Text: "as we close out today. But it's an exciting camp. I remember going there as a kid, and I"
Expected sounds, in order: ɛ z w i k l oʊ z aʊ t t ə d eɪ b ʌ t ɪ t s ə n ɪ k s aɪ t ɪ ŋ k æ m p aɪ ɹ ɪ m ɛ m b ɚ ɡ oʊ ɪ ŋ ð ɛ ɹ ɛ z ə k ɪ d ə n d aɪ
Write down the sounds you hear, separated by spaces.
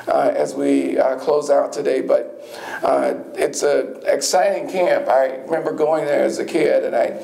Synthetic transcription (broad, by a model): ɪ z w i k l oʊ z aʊ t t ə d eɪ b ʌ t ɪ t s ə ɪ k s aɪ t ɪ ŋ k æ m p aɪ ɹ ɪ m ɛ m b ɚ ɡ oʊ ɪ ŋ ð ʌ ɹ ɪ z ə k ɪ d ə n aɪ